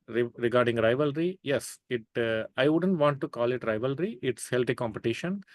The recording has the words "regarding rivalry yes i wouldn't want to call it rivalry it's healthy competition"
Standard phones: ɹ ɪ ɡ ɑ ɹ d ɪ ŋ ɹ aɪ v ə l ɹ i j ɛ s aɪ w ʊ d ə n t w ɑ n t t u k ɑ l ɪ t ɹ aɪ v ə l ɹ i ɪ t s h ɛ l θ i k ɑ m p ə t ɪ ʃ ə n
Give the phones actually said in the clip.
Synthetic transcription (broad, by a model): ɹ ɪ ɡ ɑ ɹ d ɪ ŋ ɹ aɪ v ə l ɹ i j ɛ s aɪ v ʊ d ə n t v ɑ n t t u k ɑ l ɪ t ɹ aɪ v ə l ɹ i ɪ t s h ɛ l t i k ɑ m p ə t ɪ ʃ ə n